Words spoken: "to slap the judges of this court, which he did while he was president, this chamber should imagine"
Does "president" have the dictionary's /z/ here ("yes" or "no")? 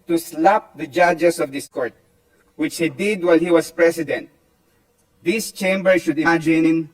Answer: no